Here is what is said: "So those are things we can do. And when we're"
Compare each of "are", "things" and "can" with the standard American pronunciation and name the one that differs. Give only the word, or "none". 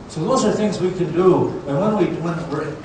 none